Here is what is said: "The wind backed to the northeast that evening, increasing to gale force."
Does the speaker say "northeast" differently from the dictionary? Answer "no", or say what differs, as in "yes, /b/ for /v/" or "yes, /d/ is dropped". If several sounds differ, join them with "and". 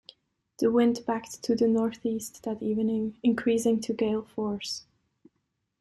no